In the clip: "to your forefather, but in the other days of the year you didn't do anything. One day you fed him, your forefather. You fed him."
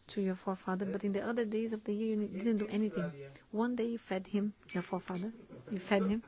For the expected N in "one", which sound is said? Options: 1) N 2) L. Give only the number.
1